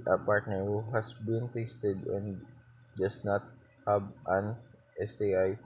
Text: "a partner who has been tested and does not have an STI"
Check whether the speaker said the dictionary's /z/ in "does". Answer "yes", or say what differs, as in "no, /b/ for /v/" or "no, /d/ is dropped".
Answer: no, /s/ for /z/